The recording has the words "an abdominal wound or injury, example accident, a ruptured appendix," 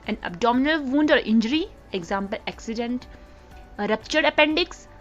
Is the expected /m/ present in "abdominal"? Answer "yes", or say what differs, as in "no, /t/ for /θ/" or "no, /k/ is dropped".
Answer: yes